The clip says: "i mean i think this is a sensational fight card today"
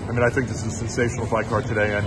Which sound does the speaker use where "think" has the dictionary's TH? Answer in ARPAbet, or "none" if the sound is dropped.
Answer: TH